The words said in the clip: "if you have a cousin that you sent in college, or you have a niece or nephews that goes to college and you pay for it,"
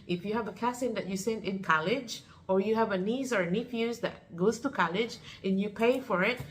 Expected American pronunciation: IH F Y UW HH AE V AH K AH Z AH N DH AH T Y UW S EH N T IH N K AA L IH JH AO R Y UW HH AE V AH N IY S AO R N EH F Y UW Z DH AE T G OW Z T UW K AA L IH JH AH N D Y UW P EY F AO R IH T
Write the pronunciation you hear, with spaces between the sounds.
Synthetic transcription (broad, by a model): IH F Y UW HH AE V AH K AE S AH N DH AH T Y UW S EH N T IH N K AA L IH JH AO R Y UW HH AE V AH N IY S AO R N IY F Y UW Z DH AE T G OW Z T UW K AA L IH JH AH N Y UW P EY F AO R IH T